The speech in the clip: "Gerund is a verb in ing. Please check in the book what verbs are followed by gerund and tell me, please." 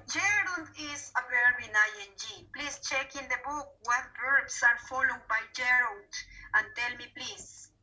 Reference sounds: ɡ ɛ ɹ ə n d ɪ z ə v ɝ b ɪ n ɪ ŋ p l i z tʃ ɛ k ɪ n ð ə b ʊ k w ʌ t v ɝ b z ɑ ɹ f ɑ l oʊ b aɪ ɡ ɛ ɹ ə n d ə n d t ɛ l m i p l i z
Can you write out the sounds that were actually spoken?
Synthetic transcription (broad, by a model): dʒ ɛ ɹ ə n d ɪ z ə b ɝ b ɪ n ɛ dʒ p l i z tʃ ɛ k ɪ n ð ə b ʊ k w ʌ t b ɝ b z ɑ ɹ f ɑ l oʊ b aɪ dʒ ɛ ɹ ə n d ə n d t ɛ l m i p l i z